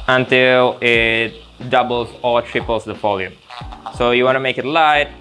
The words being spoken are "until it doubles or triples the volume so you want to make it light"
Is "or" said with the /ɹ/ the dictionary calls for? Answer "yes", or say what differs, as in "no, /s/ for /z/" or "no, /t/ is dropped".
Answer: no, /l/ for /ɹ/